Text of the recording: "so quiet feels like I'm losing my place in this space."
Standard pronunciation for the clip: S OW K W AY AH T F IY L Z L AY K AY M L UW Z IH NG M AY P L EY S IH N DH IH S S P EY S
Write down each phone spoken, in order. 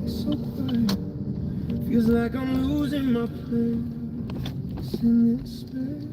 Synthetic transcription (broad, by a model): S OW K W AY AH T F IY L Z L AY K AY M L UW Z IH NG M AY P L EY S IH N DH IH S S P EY